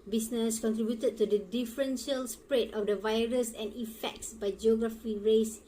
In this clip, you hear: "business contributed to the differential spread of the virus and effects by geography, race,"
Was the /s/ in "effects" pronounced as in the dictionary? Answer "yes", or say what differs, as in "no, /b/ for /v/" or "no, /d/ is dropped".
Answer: yes